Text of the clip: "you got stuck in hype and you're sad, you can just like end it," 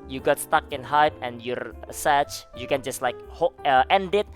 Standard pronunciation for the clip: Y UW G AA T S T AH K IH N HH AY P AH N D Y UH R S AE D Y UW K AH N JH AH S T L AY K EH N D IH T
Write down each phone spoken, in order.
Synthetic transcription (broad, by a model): Y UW G AA T S T AH K IH N HH AY P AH N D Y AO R S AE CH Y UW K AH N JH AH S T L AY K EH N D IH T